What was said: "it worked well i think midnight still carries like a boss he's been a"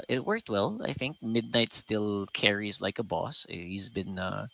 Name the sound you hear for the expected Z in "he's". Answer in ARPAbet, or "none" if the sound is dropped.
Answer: Z